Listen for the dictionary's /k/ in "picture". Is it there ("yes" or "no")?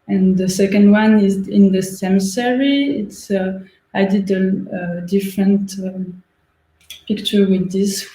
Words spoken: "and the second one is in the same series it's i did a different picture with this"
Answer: yes